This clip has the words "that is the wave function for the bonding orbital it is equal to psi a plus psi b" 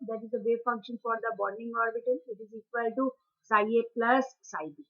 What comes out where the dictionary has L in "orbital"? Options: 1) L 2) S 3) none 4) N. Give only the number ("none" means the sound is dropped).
4